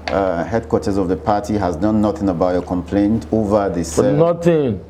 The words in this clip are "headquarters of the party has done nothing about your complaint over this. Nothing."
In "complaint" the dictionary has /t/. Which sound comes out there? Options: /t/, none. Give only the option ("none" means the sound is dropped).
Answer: /t/